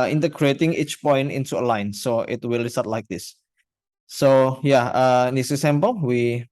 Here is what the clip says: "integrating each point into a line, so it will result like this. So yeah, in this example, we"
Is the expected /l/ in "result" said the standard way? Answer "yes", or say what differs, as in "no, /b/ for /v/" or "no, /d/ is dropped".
no, /l/ is dropped